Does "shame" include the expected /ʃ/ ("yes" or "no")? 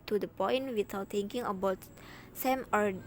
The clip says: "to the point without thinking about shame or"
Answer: no